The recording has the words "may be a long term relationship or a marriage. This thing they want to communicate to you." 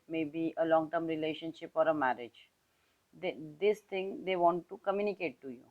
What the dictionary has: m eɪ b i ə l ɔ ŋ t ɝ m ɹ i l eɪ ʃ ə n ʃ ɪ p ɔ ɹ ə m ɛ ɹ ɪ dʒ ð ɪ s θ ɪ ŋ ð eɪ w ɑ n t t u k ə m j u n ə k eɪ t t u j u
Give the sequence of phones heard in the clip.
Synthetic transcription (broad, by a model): m eɪ b i ə l ɔ ŋ t ɝ m ɹ i l eɪ ʃ ə n ʃ ɪ p ɔ ɹ ə m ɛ ɹ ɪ dʒ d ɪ s t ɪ ŋ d eɪ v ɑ n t t u k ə m j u n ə k eɪ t t u j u